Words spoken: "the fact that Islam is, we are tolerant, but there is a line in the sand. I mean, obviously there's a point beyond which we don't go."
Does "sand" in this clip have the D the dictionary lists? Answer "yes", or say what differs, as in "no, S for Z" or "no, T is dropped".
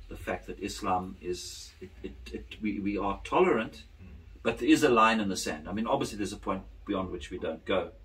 yes